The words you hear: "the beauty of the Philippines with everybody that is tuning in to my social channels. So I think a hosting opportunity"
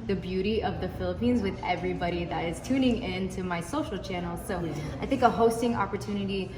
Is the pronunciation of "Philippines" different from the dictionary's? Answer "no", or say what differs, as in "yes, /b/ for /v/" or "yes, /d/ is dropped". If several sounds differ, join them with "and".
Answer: no